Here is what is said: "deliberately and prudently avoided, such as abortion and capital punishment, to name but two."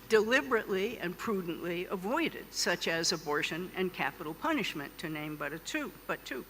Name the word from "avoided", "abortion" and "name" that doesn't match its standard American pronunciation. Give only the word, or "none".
none